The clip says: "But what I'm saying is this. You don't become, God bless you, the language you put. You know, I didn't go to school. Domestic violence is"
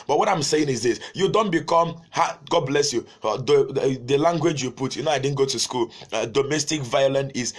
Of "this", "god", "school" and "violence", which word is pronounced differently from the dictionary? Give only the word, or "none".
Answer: violence